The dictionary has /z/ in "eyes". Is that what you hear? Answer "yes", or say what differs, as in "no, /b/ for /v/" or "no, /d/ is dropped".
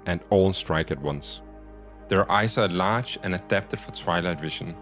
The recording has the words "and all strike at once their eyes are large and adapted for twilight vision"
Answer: no, /s/ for /z/